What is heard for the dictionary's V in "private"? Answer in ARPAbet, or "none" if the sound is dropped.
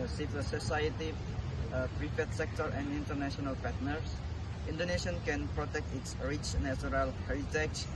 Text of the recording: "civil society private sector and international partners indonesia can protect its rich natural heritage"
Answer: F